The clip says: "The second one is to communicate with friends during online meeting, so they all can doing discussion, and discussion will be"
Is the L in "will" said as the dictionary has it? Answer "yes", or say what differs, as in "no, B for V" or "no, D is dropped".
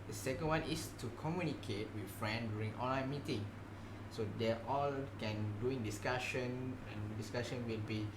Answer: yes